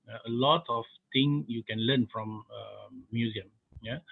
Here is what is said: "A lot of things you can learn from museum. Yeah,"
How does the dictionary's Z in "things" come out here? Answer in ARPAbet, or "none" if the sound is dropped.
none